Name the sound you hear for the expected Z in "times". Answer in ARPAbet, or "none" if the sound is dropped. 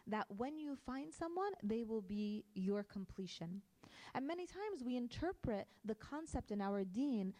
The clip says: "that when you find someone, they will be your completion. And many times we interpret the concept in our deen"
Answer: Z